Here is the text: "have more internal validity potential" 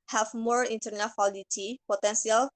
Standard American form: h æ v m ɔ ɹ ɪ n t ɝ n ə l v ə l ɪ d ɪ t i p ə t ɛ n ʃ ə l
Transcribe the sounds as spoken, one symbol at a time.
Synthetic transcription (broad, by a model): h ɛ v m ɔ ɹ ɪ n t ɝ n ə l w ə l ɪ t i p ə t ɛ n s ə l